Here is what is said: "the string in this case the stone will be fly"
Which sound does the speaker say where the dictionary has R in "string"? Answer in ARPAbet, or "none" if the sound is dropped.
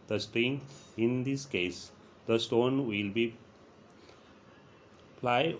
R